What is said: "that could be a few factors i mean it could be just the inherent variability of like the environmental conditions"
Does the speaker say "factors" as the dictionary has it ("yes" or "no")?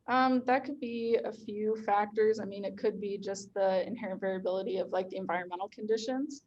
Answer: yes